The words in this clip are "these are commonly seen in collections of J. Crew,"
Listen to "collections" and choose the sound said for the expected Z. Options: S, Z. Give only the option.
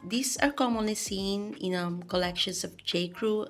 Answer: S